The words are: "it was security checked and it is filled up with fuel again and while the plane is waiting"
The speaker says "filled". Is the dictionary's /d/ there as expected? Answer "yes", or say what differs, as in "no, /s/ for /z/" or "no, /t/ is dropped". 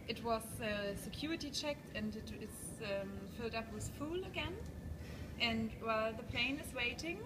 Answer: yes